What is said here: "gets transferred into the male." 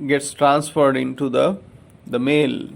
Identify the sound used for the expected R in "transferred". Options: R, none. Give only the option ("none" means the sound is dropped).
R